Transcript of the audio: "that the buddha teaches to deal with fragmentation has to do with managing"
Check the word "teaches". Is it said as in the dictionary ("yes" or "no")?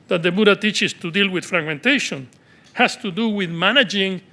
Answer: no